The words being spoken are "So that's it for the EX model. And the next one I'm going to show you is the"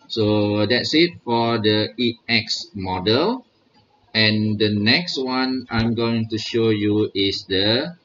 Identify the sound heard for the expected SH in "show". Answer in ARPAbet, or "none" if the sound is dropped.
SH